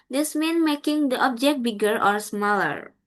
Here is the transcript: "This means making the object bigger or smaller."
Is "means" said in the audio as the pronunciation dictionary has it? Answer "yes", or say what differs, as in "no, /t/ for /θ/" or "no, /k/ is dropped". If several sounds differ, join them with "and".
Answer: no, /z/ is dropped